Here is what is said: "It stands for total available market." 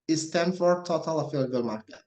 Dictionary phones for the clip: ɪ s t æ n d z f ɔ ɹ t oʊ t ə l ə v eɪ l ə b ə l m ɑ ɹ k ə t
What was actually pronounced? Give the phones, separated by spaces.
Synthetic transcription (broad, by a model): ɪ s t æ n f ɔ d t oʊ t ə l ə f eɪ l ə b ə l m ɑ ɹ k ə